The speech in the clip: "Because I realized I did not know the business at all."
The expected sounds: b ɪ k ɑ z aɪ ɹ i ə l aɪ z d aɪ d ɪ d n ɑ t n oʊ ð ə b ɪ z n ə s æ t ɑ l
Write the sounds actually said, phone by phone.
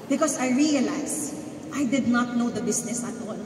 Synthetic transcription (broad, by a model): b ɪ k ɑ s aɪ ɹ i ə l aɪ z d aɪ d ɪ d n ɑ t n oʊ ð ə b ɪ s n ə s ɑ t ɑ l